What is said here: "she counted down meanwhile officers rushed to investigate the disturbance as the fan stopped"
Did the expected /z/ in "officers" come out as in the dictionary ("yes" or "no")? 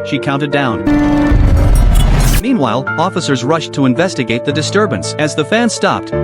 yes